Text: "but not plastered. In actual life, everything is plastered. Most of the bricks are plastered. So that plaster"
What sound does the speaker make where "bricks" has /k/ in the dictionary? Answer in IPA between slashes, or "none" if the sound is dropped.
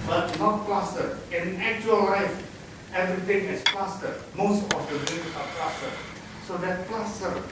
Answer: none